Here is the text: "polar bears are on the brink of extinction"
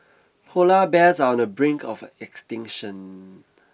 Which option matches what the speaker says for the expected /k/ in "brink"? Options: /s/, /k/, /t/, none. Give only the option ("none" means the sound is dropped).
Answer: /k/